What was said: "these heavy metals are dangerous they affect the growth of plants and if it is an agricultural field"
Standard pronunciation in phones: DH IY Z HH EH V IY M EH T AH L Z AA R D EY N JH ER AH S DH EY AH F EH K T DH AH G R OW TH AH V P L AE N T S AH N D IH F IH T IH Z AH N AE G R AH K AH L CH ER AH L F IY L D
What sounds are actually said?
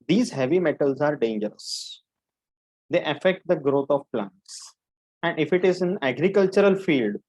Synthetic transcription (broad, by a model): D IY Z HH EH V IY M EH T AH L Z AA R D EY N JH ER AH S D EY AH F EH K T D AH G R OW T AH V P L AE N T S AH N D IH F IH T IH Z AH N AE G R AH K AH L CH ER AH L F IY L D